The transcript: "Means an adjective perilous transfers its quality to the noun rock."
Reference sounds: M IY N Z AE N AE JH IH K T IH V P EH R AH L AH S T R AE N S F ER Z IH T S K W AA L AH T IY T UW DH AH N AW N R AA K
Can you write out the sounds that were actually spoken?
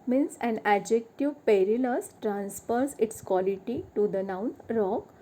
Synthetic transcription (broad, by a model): M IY N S AE N AE JH IH K T IH V P EH R AH L AH S T R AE N S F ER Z IH T S K W AA L AH T IY T UW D AH N AW N R AA K